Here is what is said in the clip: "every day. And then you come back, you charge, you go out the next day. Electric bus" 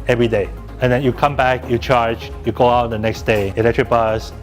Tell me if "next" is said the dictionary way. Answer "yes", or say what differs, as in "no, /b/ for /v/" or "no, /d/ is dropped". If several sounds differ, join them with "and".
yes